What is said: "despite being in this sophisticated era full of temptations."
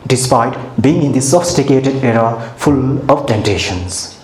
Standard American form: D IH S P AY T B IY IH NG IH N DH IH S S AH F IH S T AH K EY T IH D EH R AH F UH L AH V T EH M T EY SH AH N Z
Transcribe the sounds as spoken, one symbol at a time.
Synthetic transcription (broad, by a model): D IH S P AY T B IY IH NG IH N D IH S S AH F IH S T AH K EY T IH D EH R AH F UH L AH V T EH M T EY SH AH N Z